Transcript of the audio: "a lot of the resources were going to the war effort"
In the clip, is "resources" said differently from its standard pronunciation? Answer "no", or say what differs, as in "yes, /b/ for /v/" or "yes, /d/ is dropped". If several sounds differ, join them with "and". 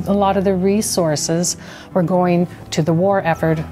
no